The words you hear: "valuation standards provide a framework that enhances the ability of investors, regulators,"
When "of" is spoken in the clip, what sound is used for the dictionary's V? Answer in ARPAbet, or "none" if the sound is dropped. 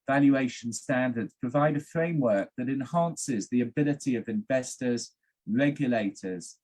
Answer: V